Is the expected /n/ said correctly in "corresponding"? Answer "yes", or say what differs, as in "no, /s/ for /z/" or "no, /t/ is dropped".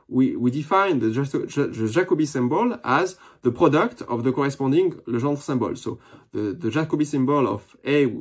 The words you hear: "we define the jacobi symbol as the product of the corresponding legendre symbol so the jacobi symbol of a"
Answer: no, /n/ is dropped